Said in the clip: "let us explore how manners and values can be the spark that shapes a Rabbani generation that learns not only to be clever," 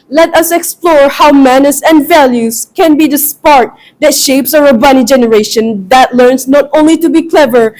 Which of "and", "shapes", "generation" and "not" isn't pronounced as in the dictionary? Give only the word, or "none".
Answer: none